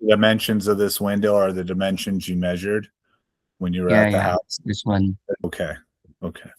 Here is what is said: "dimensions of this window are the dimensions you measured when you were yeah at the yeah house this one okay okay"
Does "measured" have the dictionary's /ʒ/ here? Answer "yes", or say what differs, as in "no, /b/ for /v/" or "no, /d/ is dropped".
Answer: yes